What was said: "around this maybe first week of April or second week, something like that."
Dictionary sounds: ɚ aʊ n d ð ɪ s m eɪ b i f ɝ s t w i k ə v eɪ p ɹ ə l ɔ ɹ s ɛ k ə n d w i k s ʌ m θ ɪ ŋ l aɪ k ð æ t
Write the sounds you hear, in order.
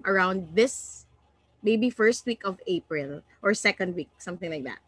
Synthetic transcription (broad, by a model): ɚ aʊ n d ð ɪ s m eɪ b i f ɝ s t w i k ə v eɪ p ɹ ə l ɔ ɹ s ɛ k ə n d w i k s ʌ m θ ɪ ŋ l aɪ k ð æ t